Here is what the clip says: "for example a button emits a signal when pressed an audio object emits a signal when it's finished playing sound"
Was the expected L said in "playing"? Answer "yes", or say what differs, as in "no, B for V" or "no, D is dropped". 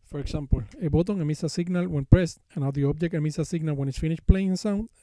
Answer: yes